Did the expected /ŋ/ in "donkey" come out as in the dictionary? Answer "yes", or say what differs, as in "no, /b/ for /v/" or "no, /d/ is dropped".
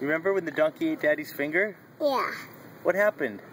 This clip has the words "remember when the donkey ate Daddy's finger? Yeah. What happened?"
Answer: yes